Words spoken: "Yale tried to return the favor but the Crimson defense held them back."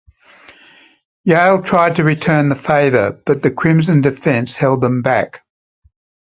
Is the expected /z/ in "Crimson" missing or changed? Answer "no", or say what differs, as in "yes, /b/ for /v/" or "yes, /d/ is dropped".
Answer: no